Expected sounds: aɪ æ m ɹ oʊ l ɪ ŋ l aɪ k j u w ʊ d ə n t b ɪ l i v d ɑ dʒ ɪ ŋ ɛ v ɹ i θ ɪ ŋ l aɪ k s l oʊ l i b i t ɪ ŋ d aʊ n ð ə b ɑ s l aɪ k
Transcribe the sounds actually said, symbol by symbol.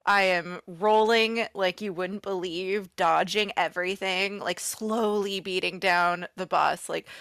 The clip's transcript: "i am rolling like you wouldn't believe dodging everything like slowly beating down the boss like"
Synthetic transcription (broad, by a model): aɪ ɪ m ɹ oʊ l ɪ ŋ l aɪ k j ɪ w ʊ d n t b ɪ l i v d ɑ dʒ ɪ ŋ ɛ v ɹ i θ ɪ ŋ l aɪ k s l oʊ l i b i t ɪ ŋ d aʊ n ð ə b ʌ s l aɪ k